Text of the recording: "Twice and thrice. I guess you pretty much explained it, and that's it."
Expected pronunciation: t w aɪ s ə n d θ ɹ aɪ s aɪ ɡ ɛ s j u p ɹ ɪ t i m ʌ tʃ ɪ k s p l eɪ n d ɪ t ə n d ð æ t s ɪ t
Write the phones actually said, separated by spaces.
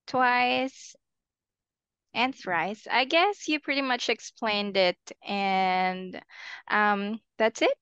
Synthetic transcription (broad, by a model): t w aɪ s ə n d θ w aɪ s aɪ ɡ ɛ s j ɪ p ɹ ɪ t i m ʌ tʃ ɪ k s p l eɪ n d ɪ t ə n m ð æ t s ɪ t